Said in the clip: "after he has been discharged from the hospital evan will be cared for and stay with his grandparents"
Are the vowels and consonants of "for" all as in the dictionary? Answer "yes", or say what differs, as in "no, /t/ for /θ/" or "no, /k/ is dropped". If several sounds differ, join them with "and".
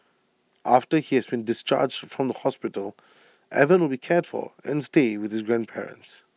no, /l/ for /ɹ/